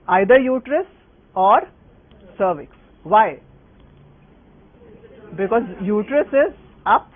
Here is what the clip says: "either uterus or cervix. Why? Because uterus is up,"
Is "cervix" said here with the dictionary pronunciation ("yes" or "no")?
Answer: yes